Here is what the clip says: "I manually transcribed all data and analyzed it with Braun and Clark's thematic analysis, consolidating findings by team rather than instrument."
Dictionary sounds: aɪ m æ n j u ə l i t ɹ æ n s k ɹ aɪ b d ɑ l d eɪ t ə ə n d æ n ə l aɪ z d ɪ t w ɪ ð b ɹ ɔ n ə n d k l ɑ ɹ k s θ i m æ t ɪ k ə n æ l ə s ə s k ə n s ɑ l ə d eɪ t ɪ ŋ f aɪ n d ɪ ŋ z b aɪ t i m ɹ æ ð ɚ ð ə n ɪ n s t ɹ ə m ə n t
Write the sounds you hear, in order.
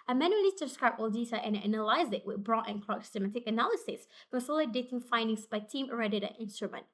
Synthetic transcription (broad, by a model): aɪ m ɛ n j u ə l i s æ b s k ɹ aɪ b ɑ l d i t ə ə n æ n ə l aɪ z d ɪ t w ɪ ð b ɹ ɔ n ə n k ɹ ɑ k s s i m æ t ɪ k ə n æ l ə s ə s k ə s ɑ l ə d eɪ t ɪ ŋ f aɪ n d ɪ ŋ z b aɪ t i m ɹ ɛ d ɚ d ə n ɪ n s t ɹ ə m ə n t